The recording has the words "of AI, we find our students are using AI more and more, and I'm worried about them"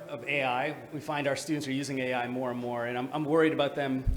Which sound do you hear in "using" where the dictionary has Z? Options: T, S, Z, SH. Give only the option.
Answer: Z